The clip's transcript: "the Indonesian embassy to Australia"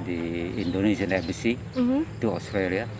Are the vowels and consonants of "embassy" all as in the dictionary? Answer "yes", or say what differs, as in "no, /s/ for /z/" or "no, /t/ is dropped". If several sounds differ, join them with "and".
no, /m/ is dropped